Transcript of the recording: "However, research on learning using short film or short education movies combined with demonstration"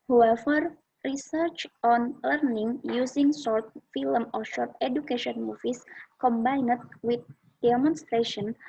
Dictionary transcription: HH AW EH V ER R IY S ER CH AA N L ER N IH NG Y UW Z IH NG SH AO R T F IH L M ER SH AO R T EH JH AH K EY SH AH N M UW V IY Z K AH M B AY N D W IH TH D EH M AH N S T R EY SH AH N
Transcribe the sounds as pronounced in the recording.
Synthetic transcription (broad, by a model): HH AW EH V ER R IY S ER CH AA N L ER N IH NG Y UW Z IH NG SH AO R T F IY L M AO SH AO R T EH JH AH K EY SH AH N M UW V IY S K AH M B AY N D W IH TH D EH M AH N S T R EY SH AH N